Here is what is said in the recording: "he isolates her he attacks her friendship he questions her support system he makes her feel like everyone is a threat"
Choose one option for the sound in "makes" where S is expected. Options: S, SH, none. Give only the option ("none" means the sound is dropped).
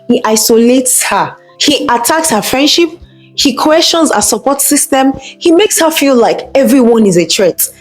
S